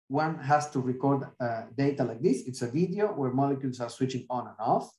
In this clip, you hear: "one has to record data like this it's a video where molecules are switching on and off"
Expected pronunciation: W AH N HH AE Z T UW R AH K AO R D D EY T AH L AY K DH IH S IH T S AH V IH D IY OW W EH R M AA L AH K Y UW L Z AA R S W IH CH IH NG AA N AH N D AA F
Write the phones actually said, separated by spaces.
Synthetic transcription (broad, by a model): W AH N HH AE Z T UW R AH K AO R D D EY T AH L AY K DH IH S IH T S AH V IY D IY OW W EH R M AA L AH K Y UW L S AA R S W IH CH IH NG AA N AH N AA F